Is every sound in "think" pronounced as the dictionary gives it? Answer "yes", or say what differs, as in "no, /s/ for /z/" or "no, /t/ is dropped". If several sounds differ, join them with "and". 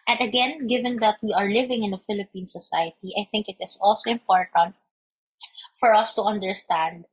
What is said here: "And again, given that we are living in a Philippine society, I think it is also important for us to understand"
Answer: yes